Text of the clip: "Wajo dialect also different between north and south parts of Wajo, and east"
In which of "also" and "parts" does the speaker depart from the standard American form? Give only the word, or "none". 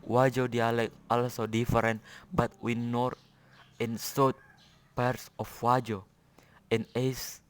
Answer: none